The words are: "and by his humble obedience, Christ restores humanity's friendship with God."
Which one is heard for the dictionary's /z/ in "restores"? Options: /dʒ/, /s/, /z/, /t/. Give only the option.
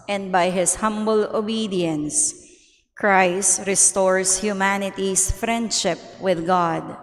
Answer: /s/